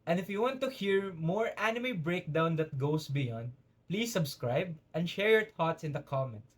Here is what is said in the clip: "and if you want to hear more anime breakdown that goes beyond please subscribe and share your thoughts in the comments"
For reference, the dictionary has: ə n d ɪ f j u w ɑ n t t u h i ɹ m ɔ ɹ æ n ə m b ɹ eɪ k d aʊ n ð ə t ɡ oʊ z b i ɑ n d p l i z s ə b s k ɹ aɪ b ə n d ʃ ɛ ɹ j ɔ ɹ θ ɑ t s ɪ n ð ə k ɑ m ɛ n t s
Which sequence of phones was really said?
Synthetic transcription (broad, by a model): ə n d ɪ f j u w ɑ n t t u h i ɹ m ɔ ɹ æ n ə m b ɹ eɪ k d aʊ n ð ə t ɡ oʊ s b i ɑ n d p l i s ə b s k ɹ aɪ b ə n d ʃ ɛ ɹ j ɔ ɹ t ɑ t s ɪ n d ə k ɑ m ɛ n t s